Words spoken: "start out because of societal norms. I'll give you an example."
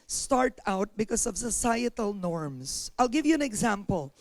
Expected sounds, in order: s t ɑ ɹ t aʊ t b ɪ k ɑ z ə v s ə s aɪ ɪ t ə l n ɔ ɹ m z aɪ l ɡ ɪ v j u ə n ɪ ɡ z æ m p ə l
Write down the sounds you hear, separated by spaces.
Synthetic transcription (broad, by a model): s t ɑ ɹ t aʊ t b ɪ k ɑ s ə v s ə s aɪ ɪ t ə l n ɔ ɹ m s aɪ l ɡ ɪ v j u ə n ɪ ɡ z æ m p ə l